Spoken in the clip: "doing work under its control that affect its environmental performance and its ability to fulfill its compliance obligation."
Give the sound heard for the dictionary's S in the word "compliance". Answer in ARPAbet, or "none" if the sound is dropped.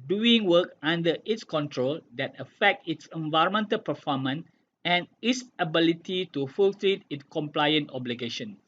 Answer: none